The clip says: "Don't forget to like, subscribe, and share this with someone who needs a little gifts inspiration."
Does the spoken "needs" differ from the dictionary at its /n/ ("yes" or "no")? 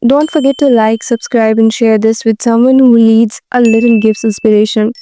yes